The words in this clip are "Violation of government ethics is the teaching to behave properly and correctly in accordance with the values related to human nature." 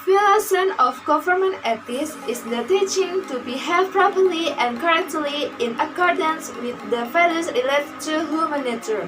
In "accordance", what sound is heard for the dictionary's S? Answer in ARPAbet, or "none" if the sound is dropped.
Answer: S